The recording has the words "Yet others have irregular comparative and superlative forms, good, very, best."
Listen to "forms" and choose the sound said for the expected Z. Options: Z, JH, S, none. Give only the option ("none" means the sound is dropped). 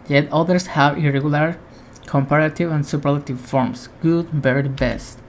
S